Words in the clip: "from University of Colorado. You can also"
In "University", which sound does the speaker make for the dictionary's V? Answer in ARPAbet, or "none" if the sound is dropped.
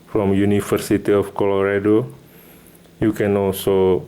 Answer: F